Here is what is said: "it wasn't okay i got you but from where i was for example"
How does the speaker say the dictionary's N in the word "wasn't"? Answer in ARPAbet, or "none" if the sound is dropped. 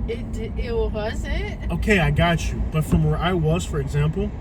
none